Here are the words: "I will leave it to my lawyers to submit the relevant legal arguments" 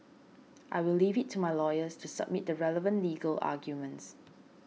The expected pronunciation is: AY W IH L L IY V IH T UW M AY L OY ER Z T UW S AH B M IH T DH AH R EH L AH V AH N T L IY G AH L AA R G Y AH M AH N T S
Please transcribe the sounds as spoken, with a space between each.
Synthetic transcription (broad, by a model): AY W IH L L IY V IH T UW M AY L OY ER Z T UW S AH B M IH T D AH R EH L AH V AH N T L IY G AH L AA G Y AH M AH N T S